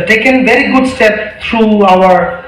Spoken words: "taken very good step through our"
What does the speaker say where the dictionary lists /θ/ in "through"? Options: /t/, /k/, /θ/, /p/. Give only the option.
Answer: /t/